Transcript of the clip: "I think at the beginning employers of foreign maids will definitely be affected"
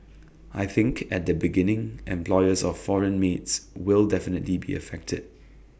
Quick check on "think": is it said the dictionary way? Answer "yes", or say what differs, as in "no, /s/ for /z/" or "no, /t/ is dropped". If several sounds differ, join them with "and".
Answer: yes